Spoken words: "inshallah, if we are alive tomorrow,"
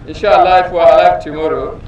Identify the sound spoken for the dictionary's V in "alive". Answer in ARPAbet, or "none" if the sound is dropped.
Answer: F